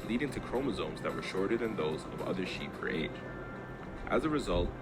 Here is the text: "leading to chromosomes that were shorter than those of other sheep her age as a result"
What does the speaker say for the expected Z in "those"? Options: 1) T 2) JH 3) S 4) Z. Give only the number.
4